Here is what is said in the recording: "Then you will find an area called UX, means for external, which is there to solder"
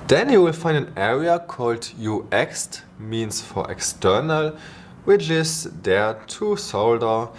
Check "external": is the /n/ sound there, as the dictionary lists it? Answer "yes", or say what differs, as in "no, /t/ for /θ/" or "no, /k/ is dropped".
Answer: yes